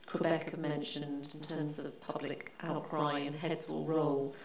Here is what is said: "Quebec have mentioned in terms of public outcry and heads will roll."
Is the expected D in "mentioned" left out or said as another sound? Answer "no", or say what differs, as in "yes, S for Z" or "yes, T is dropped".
no